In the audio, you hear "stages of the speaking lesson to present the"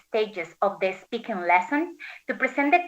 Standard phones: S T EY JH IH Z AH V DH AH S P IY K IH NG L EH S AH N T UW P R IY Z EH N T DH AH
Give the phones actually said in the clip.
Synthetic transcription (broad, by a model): S T EY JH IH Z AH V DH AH S P IY K IH NG L EH S AH N T UW P R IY S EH N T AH